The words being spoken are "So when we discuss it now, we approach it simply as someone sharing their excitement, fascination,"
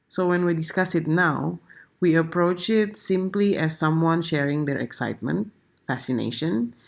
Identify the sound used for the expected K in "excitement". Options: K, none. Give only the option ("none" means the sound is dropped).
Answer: K